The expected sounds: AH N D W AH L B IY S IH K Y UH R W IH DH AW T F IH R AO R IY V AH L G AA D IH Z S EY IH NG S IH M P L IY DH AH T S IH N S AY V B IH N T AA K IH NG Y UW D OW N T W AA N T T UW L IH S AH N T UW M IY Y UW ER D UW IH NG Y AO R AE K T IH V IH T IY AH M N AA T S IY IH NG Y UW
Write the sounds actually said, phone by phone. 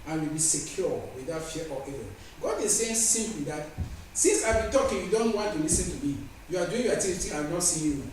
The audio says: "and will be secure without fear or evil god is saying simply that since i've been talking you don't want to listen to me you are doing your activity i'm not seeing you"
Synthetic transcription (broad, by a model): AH N W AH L B IY S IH K Y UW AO W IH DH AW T F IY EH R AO AH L G AA D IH S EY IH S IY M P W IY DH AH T S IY N S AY B IH N T AA K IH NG Y UW D OW N T W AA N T T UW L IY S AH N T UW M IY Y UW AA D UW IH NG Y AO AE T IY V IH T IY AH N AA T S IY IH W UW